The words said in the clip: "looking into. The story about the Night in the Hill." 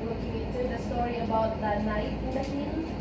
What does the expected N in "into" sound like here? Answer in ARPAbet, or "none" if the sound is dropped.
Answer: none